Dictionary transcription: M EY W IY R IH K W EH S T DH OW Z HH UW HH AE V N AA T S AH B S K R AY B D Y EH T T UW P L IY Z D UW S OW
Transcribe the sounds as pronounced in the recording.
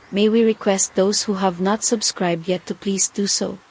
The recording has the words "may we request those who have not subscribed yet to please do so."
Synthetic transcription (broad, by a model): M EY W IY R IH K W EH S T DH OW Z HH UW HH AE V N AA T S AH B S K R AY B D Y EH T T UW P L IY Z D UW S OW